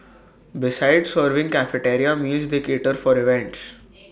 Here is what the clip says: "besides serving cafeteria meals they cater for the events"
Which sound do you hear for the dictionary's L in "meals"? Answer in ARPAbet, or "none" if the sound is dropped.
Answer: none